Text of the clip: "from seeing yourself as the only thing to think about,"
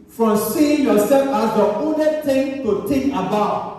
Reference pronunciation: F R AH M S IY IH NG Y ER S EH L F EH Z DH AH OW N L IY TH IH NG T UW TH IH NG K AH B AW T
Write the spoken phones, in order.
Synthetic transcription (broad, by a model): F R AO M S IY IH NG Y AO S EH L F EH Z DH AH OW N IY T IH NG T UW T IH NG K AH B AW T